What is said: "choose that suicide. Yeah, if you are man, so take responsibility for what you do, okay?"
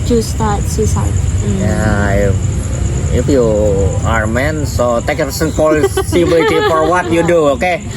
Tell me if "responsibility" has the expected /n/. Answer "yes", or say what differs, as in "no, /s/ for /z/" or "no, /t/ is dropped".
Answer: no, /l/ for /n/